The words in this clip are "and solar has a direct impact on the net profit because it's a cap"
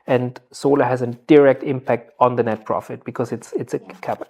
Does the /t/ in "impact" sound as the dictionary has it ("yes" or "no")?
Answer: yes